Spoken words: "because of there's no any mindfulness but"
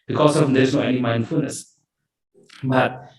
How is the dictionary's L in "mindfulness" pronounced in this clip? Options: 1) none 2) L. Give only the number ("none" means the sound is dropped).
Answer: 2